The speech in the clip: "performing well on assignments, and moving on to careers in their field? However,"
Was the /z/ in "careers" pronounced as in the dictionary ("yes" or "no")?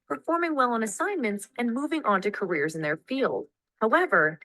yes